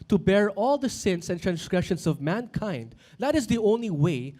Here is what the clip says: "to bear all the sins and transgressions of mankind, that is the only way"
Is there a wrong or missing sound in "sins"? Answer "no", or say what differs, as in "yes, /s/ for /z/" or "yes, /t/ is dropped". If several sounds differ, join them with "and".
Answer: yes, /s/ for /z/